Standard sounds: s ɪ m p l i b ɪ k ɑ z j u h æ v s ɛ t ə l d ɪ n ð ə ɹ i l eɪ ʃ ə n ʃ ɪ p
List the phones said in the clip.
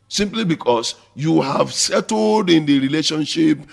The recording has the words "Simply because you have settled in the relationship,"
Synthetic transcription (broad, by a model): s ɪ m p l i b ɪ k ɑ s j u h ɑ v s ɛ t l d ɪ n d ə ɹ i l eɪ ʃ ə n ʃ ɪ p